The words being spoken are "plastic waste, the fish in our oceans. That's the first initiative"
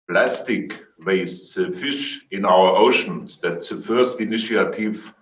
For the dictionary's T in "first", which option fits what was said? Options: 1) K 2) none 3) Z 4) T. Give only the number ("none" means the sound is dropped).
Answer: 4